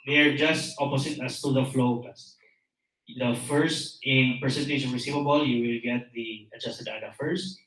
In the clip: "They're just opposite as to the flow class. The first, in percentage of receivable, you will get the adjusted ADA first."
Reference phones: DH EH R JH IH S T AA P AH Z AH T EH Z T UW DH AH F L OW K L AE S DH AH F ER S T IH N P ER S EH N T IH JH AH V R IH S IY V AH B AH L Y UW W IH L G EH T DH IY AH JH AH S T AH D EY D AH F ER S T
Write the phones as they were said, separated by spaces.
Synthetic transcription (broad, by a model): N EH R JH IH S T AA P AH S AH T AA S T UW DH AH F L OW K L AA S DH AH F ER S T IH N P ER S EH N T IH SH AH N R IH S IY V AH B AH L Y UW W IH L G EH T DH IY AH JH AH S T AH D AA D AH F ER S T